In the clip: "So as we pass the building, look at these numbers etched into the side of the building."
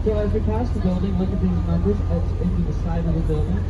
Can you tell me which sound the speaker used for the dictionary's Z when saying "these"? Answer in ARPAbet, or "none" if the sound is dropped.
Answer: Z